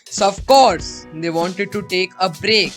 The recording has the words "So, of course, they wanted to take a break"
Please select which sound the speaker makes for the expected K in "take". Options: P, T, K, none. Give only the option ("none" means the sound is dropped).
K